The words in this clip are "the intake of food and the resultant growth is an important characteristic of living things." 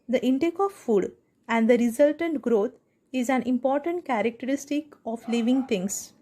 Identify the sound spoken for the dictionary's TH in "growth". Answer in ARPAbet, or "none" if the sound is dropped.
T